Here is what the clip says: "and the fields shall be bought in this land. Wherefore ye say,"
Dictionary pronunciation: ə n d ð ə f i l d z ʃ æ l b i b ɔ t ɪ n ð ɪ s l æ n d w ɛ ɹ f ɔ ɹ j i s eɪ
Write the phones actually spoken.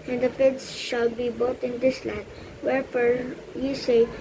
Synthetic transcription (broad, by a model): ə n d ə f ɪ d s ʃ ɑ l b i b ɔ t ɪ n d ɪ s l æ d w ɛ ɹ f ɔ ɹ j i s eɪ